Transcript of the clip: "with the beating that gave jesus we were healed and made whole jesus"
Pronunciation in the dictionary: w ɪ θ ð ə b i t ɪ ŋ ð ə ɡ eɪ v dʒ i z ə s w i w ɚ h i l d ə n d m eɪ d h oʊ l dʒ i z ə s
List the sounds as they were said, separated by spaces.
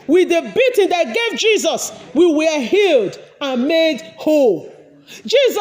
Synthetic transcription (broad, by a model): w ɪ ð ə b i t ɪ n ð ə ɡ eɪ v dʒ i z ə s w i w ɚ h i l d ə n m eɪ d h oʊ l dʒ i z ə